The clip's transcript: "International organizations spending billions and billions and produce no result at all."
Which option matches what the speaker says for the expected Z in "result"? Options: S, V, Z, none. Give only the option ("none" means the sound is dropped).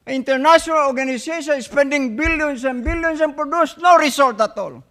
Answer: S